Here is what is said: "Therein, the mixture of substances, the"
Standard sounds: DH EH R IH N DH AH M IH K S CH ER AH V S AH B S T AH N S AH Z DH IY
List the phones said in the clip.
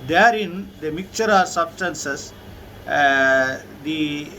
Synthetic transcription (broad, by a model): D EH R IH N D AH M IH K CH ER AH S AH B S T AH N S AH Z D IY